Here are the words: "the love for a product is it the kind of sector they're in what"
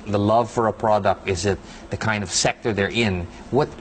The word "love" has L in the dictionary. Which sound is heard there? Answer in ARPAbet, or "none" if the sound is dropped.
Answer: L